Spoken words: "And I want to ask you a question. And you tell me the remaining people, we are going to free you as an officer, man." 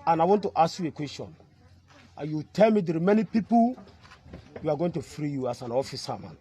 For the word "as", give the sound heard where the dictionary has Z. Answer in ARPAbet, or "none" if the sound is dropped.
S